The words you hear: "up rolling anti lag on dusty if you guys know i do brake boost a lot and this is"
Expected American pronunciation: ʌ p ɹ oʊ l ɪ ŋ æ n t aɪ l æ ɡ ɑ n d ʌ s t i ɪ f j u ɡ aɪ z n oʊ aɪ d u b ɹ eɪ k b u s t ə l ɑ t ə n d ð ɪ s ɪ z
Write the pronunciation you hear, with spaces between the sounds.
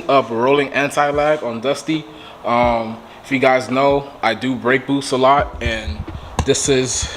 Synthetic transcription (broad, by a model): ʌ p ɹ oʊ l ɪ ŋ æ n t aɪ l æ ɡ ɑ n d ʌ s t i ɪ f j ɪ ɡ aɪ z n oʊ aɪ d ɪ b ɹ eɪ k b u s ə l ɑ t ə n ð ɪ s ɪ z